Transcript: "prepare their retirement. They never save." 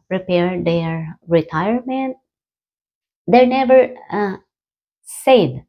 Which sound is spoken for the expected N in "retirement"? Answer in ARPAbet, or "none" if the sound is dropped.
N